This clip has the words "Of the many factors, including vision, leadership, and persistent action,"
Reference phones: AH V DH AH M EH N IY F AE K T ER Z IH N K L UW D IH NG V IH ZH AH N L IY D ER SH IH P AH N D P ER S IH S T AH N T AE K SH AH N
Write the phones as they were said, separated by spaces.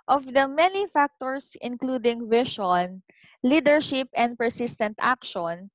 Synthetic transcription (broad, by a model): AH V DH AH M EH N IY F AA K T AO S IH N K L UW D IH NG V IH SH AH N L IY D ER SH IH P AH N D P ER S IH S T AH N T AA K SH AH N